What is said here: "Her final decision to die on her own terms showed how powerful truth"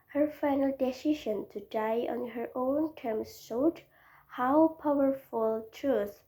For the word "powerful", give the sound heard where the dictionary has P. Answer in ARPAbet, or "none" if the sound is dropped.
P